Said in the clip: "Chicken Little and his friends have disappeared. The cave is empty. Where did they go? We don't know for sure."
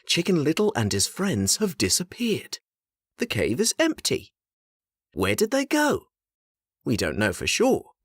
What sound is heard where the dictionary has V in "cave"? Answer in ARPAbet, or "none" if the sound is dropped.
V